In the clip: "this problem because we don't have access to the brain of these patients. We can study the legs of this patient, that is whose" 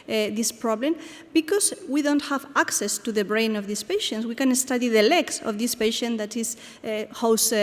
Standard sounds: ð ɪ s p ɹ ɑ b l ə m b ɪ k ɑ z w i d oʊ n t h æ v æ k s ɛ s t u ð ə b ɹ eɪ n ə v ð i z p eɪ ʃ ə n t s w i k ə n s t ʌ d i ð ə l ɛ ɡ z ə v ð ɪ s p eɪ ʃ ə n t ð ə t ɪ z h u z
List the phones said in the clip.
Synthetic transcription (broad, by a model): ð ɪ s p ɹ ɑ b l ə m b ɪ k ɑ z w i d oʊ n t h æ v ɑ k s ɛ s t u ð ə b ɹ eɪ n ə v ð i s p eɪ ʃ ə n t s w i k ə n s t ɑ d i ð ə l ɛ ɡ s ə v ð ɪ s p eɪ ʃ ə n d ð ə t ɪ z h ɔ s